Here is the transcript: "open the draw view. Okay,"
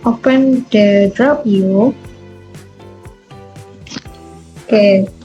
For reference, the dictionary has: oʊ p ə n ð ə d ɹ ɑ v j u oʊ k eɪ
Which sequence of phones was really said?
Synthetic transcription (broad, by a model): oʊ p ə n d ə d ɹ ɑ p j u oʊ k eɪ